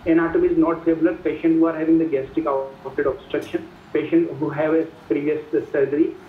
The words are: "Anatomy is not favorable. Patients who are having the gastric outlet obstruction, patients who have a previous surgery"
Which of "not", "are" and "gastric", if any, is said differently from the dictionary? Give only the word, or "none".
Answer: gastric